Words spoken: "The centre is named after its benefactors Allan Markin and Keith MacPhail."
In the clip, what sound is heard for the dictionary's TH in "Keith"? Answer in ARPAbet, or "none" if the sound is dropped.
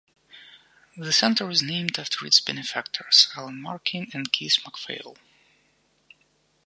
S